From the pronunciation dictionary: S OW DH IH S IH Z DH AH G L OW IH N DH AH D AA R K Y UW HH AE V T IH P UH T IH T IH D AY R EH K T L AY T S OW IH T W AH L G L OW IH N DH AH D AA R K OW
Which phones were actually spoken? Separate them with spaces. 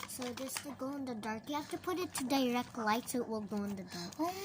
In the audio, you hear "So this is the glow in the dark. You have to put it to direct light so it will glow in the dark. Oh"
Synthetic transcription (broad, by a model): S OW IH IH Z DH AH G OW IH N DH AH D AA R K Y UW HH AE F T IH P UH T IH T IH D AY R EH K T L AY T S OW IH T W AH L G OW IH N DH AH D AA R K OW